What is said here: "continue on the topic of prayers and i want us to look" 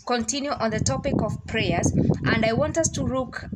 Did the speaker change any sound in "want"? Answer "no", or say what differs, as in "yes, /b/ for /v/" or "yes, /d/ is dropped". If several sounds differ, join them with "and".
no